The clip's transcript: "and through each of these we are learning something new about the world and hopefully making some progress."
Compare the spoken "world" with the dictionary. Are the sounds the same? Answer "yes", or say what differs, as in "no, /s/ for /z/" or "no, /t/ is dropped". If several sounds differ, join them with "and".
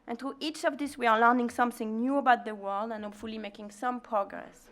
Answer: yes